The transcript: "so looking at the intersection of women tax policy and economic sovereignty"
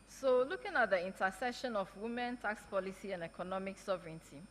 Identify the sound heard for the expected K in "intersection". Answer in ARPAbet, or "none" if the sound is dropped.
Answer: none